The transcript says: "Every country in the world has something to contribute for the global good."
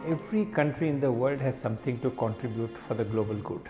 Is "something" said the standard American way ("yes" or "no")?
no